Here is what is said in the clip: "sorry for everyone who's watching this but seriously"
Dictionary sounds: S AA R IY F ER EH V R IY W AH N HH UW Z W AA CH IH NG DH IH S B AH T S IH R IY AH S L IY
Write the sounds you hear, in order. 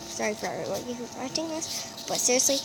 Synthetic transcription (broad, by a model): S AA R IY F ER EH R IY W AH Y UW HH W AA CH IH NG DH IH S B AH T S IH R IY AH S L IY